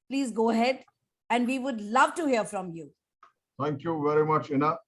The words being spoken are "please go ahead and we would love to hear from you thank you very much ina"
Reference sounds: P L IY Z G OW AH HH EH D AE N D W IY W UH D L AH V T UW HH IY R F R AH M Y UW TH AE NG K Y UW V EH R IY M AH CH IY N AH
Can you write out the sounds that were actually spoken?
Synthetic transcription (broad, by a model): P L IY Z G OW AH HH EH D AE N D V IY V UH D L AH V T UW HH IY R F R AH M Y UW T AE NG K Y UW V EH R IY M AH CH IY N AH